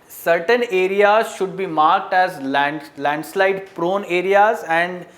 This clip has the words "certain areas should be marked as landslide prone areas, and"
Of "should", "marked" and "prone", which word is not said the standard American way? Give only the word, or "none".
none